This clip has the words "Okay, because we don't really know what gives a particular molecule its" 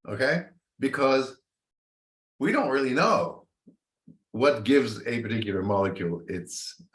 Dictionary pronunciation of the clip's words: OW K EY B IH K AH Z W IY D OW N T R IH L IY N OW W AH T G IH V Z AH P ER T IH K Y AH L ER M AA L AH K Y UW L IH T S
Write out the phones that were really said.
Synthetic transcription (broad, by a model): OW K EY B IH K AH Z W IY D OW N T R IH L IY N OW W AH T G IH V Z AH P ER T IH K Y L ER M AA L AH K Y UW L IH T S